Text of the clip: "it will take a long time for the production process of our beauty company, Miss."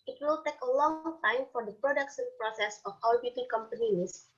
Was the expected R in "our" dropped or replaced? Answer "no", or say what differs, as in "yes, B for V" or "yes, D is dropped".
yes, L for R